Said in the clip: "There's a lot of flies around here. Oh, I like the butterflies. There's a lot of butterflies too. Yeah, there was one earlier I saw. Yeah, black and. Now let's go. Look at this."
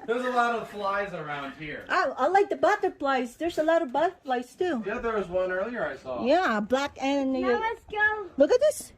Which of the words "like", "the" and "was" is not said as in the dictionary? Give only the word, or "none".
none